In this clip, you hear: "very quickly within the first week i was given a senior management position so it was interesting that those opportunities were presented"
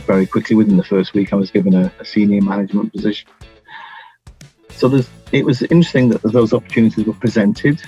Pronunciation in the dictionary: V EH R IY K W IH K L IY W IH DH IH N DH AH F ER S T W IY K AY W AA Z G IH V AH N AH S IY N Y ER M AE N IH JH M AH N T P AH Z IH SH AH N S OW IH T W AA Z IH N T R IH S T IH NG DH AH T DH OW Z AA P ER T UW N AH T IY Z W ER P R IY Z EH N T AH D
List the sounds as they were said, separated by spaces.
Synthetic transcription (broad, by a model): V EH R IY K W IH K L IY W IH DH IH N DH AH F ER S T W IY K AY W AA Z G IH V AH N AH S IY N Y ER M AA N IH JH M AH N P AH Z IH SH AH N S OW IH T W AA Z IH N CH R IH S T IH NG DH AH T DH OW Z AA P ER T UW N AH T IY Z W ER P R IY Z EH N T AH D